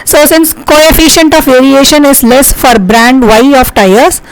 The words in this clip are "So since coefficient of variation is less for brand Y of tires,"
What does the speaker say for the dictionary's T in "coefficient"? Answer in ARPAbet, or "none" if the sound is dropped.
T